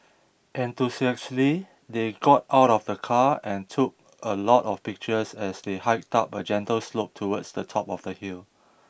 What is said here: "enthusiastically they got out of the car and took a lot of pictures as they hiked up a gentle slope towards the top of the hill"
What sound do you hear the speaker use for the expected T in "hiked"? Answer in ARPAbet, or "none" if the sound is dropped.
T